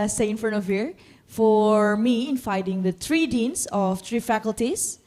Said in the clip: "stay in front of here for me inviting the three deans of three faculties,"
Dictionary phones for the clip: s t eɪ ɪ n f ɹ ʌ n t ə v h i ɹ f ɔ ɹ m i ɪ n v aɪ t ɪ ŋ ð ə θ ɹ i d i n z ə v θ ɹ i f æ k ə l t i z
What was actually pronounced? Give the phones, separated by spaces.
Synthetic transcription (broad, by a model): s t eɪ ɪ n f ɹ ʌ n t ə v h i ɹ f ɔ ɹ m i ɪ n f aɪ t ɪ ŋ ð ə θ ɹ i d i n s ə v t ɹ i f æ k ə l t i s